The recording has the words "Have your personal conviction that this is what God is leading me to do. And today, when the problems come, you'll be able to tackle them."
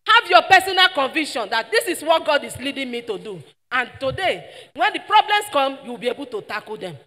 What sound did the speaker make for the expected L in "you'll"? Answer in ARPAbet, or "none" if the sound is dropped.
W